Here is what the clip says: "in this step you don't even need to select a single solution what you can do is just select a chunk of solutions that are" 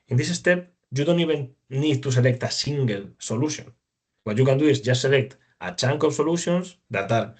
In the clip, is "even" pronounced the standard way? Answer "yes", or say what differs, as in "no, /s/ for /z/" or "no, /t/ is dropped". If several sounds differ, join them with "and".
no, /b/ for /v/